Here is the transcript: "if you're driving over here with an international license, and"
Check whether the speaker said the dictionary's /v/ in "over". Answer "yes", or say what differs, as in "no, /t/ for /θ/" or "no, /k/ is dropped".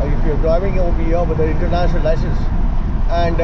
no, /b/ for /v/